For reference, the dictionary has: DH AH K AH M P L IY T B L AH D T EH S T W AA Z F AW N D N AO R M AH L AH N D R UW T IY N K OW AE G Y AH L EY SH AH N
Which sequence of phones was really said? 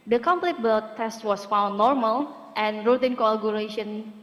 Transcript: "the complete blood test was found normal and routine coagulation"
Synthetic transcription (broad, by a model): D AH K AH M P L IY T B AH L T EH S T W AA S F AW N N AO R M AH L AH N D R UW T IY N K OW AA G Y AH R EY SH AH N